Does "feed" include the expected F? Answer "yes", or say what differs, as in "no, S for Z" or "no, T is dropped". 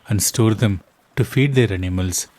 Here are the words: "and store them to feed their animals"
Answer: yes